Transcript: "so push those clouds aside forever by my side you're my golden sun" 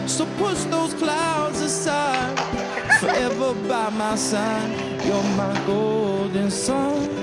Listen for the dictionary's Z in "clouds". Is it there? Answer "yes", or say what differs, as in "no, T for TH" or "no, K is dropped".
yes